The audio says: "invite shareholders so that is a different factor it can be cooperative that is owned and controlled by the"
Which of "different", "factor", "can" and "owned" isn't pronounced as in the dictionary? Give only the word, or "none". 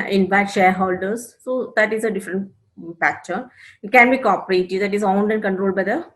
factor